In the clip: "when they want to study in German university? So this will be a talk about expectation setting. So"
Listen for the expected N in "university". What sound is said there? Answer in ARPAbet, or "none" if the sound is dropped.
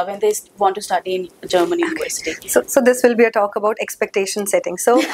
none